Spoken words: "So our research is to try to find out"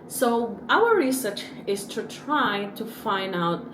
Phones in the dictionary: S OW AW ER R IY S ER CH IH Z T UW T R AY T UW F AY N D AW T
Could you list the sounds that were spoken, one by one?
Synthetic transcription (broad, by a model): S OW AW ER R IY S ER CH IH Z T UW T R AY T UW F AY N D AW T